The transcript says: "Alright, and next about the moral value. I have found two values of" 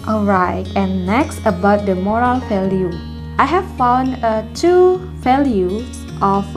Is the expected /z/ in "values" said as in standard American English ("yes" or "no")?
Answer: no